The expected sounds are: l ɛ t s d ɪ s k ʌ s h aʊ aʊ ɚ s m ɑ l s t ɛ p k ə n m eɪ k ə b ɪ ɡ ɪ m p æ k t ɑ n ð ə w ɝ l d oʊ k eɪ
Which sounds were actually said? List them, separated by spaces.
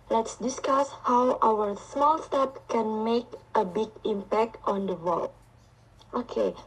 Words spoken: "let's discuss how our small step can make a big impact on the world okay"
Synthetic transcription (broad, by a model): l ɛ t s d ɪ s k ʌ s h aʊ aʊ ɚ s m ɑ l s t ɛ p k ə n m eɪ k ə b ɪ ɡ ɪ m p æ k t ɑ n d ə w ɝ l oʊ k eɪ